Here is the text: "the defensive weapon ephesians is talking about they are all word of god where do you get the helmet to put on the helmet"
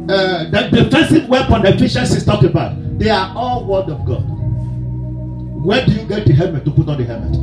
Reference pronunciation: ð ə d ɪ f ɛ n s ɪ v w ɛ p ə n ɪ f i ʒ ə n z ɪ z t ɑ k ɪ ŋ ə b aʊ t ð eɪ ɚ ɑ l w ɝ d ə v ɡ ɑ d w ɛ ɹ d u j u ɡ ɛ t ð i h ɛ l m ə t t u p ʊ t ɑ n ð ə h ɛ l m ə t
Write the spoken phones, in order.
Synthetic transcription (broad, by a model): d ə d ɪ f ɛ s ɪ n w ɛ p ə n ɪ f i ʃ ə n s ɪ s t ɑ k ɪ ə b aʊ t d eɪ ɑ ɑ l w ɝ d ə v ɡ ɑ d w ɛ d u j u ɡ ɛ t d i h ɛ m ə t t u p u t ɑ n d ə h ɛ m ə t